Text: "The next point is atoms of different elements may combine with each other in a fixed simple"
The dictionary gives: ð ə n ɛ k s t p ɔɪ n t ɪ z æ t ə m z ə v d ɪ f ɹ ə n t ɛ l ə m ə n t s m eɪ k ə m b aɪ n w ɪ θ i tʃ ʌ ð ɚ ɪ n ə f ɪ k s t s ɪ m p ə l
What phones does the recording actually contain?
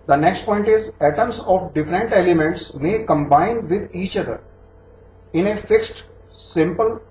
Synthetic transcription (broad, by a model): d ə n ɛ k s t p ɔɪ n t ɪ z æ t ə m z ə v d ɪ f ɹ ə n t ɛ l ə m ə n t s m eɪ k ə m b aɪ n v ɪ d i tʃ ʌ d ɚ ɪ n ə f ɪ k s t s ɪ m p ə l